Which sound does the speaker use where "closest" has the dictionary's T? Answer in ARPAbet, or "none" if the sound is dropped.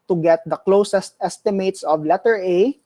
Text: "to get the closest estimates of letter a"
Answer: T